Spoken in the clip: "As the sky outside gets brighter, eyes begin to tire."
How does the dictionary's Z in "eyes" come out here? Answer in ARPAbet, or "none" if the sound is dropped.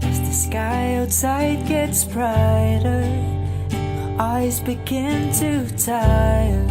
Z